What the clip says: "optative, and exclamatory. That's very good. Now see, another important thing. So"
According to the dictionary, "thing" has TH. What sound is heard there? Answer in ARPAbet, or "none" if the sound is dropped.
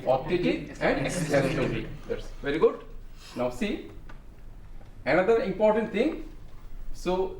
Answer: T